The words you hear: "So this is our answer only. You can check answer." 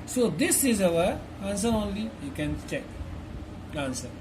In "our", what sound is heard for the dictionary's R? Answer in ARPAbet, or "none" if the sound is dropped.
W